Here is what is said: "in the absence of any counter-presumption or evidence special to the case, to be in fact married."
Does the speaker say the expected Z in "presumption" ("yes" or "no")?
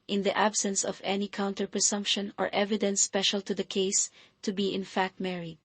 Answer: no